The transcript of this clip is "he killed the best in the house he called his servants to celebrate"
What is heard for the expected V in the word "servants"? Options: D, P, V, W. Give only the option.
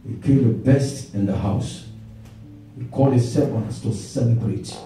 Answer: W